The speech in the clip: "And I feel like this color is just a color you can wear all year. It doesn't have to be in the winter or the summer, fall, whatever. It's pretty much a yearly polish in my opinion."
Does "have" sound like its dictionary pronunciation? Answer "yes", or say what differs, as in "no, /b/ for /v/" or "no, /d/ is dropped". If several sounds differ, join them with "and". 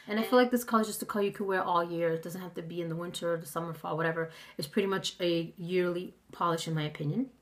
no, /f/ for /v/